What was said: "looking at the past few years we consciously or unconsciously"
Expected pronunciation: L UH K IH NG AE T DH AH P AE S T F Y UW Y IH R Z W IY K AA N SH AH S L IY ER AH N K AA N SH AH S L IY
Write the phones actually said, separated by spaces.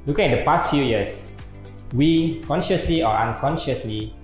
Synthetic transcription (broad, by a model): L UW K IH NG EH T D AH P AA S T F Y UW Y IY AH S W IY K AA N SH AH S L IY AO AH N K AA N SH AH S L IY